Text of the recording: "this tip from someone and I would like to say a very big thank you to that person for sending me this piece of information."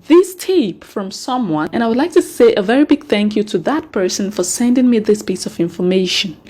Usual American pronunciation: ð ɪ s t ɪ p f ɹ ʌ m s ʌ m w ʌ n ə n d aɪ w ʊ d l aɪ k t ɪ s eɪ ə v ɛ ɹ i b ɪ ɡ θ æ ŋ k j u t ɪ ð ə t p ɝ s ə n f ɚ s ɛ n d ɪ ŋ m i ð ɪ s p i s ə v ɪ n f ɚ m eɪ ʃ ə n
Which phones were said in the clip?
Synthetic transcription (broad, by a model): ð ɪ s t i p f ɹ ʌ m s ʌ m w ʌ n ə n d aɪ w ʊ d l aɪ k t ɪ s eɪ ə v ɛ ɹ i b ɪ ɡ θ æ ŋ k j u t ɪ ð ə t p ɝ s ə n f ɚ s ɛ n d ɪ ŋ m i ð ɪ s p i s ə v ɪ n f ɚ m eɪ ʃ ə n